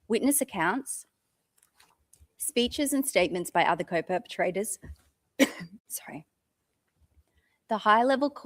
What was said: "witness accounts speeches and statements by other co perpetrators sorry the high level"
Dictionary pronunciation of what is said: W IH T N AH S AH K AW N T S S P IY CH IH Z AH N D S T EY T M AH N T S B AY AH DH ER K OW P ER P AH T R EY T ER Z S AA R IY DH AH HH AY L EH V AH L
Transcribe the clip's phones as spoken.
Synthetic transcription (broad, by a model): W IH T N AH S AH K AW N T S S P IY CH IH Z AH N S T EY T M AH N T S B AY AH DH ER K OW P ER P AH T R EY T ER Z S AA R IY DH AH HH AY L EH V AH L